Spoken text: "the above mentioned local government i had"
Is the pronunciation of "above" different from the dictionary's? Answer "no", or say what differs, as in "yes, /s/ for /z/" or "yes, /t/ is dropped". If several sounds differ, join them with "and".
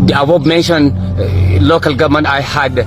yes, /b/ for /v/